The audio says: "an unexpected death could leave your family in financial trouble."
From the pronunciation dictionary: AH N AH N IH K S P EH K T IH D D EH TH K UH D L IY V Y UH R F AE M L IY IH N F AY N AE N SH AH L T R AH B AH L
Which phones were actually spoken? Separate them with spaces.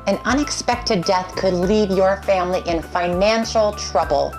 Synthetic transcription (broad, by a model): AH N AH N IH K S P EH K T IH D D EH TH K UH D L IY V Y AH R F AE M L IY IH N F AY N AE N SH L T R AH B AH L